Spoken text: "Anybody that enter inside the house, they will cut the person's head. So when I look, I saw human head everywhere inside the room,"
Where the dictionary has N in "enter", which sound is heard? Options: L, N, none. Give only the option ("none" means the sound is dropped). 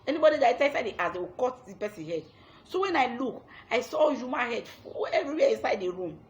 none